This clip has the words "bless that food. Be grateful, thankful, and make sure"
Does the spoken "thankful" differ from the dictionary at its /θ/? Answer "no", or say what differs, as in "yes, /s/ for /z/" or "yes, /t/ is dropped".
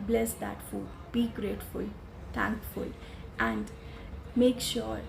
yes, /t/ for /θ/